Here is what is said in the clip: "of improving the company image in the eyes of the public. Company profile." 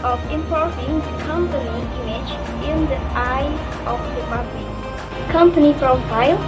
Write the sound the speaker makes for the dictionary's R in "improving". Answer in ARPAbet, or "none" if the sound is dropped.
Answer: none